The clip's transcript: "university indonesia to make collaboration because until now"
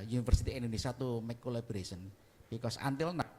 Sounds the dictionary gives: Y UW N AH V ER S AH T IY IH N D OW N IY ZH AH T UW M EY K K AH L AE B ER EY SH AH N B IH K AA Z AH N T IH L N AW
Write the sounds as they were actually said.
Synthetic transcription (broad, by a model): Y UW N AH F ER S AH T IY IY N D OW N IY S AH T UW M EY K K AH L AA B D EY S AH N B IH K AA S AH N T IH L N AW